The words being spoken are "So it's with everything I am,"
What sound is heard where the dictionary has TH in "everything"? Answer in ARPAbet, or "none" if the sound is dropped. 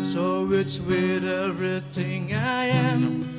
TH